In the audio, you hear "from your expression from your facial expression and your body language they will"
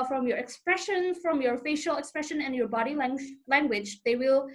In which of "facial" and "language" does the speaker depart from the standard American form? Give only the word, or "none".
none